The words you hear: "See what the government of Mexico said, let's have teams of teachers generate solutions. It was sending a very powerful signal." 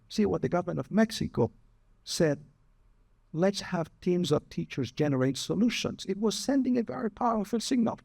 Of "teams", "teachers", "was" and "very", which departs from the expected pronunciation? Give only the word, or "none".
none